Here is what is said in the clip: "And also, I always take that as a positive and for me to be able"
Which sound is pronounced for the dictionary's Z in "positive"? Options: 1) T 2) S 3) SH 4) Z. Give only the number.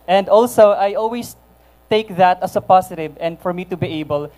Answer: 2